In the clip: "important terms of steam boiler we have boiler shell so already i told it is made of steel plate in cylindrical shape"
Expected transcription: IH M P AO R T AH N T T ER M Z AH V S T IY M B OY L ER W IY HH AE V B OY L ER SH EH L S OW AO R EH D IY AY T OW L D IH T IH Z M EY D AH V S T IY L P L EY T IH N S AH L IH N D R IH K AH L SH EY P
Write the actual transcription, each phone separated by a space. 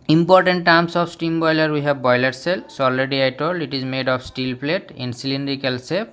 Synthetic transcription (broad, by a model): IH M P AO R T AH N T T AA M S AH F S T IY M B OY L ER W IY HH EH B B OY L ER S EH L S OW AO L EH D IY AY T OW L IH T IH Z M EY D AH P S T IY L P L EY T IH N S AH L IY N D R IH K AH L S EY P